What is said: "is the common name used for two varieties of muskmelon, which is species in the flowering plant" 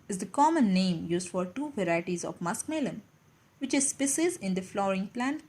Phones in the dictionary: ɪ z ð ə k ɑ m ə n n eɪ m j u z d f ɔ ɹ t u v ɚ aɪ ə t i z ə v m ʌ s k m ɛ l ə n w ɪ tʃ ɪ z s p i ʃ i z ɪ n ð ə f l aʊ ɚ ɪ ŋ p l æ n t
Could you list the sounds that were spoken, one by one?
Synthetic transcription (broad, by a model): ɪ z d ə k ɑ m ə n n eɪ m j u z d f ɔ ɹ t u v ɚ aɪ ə t i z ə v m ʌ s k m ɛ l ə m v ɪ tʃ ɪ z s p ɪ s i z ɪ n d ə f l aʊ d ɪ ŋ p l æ n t